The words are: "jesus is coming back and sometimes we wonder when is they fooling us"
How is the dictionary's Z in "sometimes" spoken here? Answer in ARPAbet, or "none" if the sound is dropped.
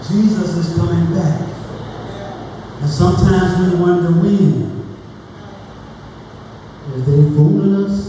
Z